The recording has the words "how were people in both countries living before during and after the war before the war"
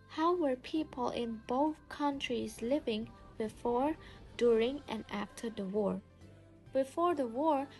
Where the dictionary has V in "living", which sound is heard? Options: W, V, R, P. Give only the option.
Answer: V